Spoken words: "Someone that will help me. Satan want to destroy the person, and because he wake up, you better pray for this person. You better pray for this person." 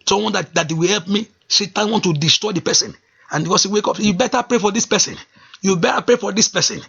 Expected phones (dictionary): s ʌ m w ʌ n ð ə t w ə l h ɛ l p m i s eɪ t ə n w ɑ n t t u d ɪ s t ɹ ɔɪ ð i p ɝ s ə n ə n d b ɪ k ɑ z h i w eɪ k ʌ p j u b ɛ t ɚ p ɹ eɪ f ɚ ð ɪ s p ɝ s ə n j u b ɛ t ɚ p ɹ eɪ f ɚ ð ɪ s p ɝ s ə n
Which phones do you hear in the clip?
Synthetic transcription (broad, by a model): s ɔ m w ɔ n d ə t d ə w h ɛ l p m i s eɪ t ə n w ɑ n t t u d ɪ s t ɹ ɔɪ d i p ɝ s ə n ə n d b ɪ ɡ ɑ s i w eɪ k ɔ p j u b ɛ t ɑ p ɹ eɪ f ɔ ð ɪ s p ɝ s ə n j u b ɛ t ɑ p ɹ eɪ f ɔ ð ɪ s p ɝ s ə n